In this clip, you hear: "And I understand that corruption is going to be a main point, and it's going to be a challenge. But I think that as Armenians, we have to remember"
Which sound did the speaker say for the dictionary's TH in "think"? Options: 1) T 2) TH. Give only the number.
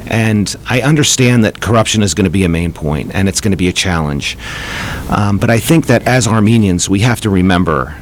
2